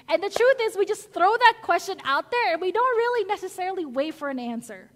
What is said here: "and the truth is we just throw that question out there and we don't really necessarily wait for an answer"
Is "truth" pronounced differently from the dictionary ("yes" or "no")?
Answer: no